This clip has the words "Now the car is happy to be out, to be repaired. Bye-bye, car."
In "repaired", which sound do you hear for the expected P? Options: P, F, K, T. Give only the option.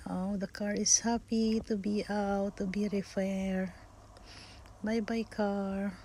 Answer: F